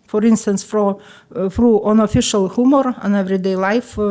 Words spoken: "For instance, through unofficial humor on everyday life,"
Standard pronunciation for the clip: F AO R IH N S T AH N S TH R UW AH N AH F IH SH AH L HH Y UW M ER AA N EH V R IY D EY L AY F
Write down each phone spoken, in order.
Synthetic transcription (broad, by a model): F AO R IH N S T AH N S F R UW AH N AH F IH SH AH L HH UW M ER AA N EH V R IY D EY L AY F